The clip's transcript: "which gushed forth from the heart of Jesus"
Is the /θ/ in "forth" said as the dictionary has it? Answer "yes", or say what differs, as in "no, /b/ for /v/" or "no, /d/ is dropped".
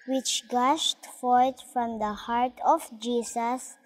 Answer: no, /t/ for /θ/